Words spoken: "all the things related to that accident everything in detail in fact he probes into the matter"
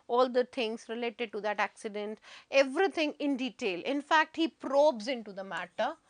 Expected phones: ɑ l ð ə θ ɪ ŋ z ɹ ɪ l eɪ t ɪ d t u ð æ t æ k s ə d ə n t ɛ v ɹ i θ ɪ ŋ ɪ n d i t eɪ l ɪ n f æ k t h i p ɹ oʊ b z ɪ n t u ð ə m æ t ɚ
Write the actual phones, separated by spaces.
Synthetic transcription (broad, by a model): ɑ l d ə t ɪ ŋ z ɹ ɪ l eɪ t ɪ d t u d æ t æ k s ə d ə n t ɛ v ɹ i t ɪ ŋ ɪ n d i t eɪ l ɪ n f æ k t h i p ɹ oʊ b z ɪ n t u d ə m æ t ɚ